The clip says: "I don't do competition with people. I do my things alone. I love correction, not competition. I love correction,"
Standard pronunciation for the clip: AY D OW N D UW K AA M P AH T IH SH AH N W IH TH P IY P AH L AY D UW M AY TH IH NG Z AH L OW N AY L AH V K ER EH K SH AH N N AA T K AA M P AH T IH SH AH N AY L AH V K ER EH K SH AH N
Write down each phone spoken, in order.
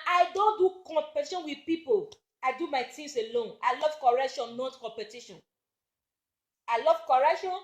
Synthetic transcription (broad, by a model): AY D OW N D UW K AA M P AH T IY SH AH N W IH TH P IY P AH L AY D UW M AY T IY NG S AH L OW N AY L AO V K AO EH K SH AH N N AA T K AA M P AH T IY SH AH N AY L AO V K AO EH K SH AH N